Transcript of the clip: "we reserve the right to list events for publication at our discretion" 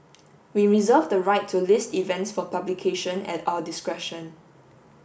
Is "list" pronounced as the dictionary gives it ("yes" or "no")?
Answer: yes